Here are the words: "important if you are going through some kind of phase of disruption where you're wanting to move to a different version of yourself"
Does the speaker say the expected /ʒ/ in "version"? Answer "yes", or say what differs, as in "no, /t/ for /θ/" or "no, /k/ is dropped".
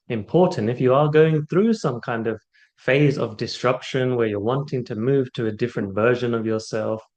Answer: yes